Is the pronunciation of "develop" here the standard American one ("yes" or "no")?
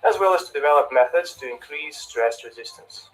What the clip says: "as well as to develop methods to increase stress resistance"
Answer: yes